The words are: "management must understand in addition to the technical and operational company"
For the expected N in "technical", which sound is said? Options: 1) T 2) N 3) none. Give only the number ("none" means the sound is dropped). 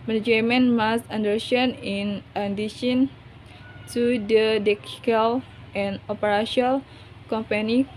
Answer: 3